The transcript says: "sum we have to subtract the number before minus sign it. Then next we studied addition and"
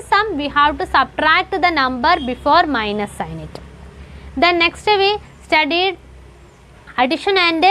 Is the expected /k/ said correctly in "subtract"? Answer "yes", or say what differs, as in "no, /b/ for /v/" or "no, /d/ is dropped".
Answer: yes